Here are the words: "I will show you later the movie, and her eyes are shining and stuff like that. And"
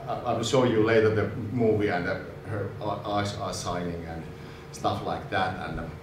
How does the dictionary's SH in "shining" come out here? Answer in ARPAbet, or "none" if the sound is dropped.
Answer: S